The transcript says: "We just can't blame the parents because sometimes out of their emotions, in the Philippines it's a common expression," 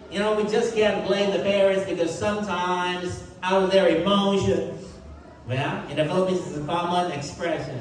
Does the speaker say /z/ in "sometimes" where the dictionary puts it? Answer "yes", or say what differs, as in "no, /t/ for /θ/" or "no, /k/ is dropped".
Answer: yes